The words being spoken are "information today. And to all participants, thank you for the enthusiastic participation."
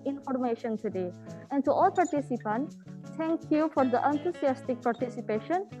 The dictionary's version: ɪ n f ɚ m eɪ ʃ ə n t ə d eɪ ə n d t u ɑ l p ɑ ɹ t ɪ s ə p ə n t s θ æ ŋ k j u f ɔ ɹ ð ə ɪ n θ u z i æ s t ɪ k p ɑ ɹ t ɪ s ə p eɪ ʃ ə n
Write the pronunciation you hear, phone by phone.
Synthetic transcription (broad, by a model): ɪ n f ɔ m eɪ ʃ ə n t ə d eɪ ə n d t u ɑ l p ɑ ɹ t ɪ s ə p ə n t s t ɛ ŋ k j u f ɔ ɹ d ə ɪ n t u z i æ s t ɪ k p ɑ ɹ t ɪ s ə p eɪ ʃ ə n